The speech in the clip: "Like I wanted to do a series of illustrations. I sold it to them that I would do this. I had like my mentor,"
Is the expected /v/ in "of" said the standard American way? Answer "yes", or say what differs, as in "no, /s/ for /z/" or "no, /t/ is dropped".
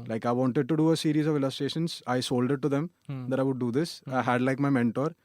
yes